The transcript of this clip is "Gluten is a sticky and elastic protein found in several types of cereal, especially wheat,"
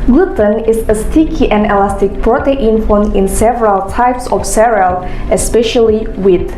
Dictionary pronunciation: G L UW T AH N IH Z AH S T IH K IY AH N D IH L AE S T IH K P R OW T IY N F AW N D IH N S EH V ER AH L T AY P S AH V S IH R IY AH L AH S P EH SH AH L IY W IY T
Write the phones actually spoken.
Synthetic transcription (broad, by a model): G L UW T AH N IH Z AH S T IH K IY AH N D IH L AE S T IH K P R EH T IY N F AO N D IH N S EH V ER AH L T AY P S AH F S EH R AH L AH S P EH SH AH L IY W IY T